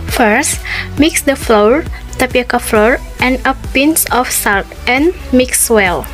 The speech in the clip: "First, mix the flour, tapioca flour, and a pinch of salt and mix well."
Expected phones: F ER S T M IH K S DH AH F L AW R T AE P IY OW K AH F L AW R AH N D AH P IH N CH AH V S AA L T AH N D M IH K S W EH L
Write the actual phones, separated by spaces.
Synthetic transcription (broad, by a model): F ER S T M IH K S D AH F L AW R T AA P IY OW K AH F L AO R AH N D AH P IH N S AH F S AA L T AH N M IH K S W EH L